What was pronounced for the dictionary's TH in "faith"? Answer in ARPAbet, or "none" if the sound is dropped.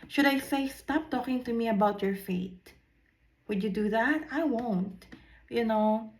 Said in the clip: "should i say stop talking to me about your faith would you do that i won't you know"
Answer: T